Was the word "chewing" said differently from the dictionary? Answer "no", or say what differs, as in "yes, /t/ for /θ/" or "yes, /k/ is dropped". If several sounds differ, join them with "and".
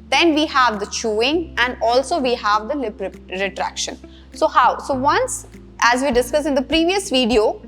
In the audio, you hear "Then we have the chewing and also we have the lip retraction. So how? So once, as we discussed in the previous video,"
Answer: no